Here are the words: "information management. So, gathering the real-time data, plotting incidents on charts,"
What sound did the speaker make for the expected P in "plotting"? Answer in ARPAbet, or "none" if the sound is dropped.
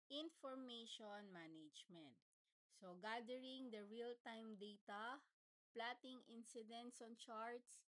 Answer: P